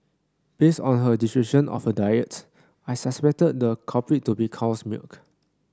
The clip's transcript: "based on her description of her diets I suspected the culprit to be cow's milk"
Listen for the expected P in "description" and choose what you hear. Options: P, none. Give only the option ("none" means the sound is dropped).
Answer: none